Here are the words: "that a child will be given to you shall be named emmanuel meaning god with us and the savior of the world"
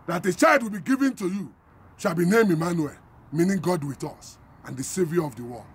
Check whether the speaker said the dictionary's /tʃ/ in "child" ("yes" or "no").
yes